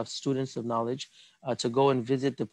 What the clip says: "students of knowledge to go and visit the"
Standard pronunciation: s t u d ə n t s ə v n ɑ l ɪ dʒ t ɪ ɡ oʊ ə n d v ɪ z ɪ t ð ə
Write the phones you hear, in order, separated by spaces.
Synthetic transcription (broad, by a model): s t u d n t s ə v n ɑ l ɪ dʒ t ɪ ɡ oʊ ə n v ɪ z ɪ t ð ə